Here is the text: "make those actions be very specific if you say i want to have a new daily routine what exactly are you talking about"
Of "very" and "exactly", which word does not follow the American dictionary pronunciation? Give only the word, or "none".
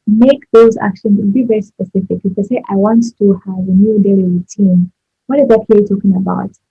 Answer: exactly